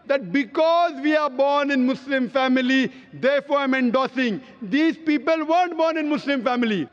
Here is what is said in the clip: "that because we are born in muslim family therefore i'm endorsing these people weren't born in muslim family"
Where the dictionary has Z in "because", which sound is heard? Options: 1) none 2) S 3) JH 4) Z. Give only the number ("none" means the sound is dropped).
4